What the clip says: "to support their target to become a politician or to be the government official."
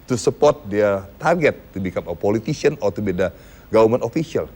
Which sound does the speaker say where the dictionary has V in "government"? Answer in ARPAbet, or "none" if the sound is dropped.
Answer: none